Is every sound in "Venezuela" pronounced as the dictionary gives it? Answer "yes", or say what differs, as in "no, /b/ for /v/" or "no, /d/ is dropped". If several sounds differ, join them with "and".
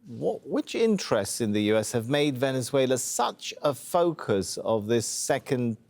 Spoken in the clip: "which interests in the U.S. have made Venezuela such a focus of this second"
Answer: yes